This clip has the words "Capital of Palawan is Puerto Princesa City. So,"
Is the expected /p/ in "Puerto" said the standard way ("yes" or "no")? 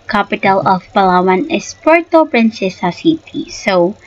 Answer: yes